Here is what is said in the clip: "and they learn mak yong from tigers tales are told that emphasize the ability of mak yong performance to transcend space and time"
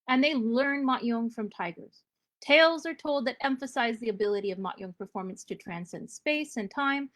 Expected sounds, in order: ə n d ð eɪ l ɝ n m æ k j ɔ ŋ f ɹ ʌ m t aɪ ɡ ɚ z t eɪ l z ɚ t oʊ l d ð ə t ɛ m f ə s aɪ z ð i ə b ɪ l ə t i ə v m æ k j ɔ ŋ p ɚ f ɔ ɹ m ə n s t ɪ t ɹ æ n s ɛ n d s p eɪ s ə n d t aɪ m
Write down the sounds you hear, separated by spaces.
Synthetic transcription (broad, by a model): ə n ð eɪ l ɝ n m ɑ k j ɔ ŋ f ɹ ʌ m t aɪ ɡ ɚ z t eɪ l z ɚ t oʊ l d ð ə t ɛ m f ə s aɪ z ð i ə b ɪ l ə t i ə v m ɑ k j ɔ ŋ p ɚ f ɔ ɹ m ə n s t ɪ t ɹ æ n s ɛ n d s p eɪ s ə n t aɪ m